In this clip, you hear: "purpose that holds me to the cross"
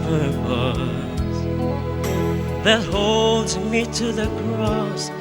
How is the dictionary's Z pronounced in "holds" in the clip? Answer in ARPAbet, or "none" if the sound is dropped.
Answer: Z